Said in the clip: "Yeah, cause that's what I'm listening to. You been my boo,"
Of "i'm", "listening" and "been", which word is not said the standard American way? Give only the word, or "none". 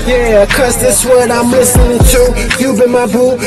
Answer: none